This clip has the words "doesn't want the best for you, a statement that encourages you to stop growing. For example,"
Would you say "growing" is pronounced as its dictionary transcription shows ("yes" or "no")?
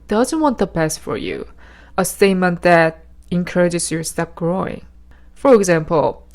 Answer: yes